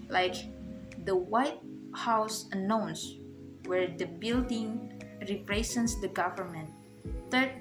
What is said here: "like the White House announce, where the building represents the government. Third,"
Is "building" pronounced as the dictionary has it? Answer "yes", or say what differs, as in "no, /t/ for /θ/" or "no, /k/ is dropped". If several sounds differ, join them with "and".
yes